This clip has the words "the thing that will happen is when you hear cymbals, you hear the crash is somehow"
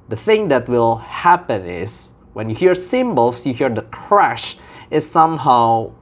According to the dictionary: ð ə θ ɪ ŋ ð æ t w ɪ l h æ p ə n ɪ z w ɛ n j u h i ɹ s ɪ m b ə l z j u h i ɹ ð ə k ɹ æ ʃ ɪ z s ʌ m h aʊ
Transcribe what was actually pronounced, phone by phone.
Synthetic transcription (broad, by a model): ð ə θ ɪ ŋ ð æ t w ɪ l h æ p ə n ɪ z w ɛ n j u h i ɹ s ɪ m b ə l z j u h i ɹ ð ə k ɹ æ ʃ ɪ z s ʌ m h aʊ